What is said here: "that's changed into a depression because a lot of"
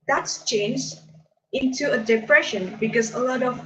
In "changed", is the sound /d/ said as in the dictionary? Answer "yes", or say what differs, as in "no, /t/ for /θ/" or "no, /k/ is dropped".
no, /d/ is dropped